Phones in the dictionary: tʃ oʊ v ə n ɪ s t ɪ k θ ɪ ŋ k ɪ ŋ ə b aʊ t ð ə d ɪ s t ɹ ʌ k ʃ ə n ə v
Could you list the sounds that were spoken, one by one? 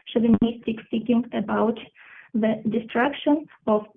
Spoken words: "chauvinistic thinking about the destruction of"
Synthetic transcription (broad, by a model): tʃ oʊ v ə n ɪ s t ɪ k s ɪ k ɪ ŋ ə b aʊ t ð ə d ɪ s t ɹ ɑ k ʃ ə n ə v